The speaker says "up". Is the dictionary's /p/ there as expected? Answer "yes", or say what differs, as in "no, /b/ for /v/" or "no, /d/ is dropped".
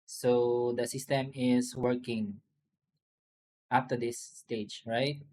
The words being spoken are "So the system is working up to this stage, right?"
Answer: no, /f/ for /p/